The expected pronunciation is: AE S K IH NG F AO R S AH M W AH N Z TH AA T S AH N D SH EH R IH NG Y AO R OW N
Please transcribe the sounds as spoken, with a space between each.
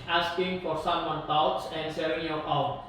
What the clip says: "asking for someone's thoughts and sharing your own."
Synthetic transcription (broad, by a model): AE S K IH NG F AO R S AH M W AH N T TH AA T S AH N D S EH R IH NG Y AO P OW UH